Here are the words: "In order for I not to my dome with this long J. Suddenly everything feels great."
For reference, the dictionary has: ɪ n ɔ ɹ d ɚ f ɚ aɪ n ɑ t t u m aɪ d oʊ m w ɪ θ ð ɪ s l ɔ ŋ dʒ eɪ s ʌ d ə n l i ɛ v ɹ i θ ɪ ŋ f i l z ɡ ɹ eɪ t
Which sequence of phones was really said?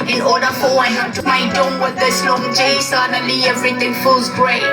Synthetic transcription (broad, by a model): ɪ n ɔ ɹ d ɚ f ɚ aɪ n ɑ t t u m aɪ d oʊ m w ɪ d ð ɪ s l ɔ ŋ dʒ eɪ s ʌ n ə l i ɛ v ɹ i t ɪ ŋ f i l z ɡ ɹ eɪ